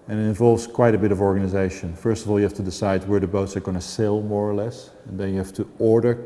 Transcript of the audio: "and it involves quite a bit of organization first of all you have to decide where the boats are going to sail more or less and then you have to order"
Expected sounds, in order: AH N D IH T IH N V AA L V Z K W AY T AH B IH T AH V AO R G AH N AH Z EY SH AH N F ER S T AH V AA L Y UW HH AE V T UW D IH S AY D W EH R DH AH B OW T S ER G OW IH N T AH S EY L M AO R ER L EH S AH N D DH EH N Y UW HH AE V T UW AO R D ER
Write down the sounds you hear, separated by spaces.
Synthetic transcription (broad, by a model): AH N IH T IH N V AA L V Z K W AY T AH B IH T AH V AO R G AH N AH Z EY SH AH N F ER S T AH V AA L Y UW HH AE F T UW D IH S AY D W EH R DH AH B OW T S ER G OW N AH S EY L M AO R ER L EH S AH N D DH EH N Y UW HH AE F T UW AO R D ER